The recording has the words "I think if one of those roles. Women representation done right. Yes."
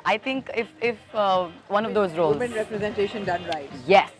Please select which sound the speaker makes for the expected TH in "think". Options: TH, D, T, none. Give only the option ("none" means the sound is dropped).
T